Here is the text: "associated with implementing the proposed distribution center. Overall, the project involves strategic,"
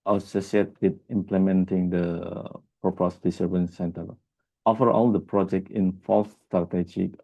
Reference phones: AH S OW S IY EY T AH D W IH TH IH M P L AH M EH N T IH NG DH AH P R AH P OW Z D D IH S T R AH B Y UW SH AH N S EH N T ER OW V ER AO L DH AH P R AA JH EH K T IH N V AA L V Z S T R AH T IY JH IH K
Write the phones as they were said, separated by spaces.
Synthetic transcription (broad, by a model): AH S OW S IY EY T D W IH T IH M P L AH M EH N T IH NG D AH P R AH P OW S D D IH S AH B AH N S EH N T ER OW F ER AO L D AH P R AA JH EH K T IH N F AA L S T R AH T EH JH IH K